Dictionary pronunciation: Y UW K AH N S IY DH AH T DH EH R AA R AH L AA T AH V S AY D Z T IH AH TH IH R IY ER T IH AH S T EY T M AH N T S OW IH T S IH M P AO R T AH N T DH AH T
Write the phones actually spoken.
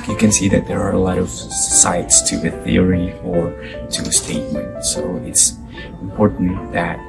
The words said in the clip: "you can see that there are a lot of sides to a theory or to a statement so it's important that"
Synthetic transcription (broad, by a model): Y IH K AH N S IY DH AH T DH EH R AA R AH L AA T AH V S AY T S T IH AH TH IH R IY ER T IH AH S T EY T M AH N T S OW IH T S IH M P AO R T N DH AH T